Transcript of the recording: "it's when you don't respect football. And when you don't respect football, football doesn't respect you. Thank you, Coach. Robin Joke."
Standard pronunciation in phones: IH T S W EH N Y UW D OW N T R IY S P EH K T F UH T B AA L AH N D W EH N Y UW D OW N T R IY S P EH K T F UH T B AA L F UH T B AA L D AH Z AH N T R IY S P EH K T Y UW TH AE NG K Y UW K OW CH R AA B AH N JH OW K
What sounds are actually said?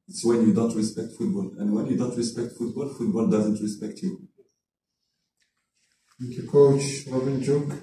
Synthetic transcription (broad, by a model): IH T S W EH N Y UW D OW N T R IY S P EH K T F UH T B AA L AH N D W EH N Y UW D OW N T R IY S P EH K T F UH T B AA L F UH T B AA L D AH Z AH N T R IY S P EH K T Y UW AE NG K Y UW K OW CH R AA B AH N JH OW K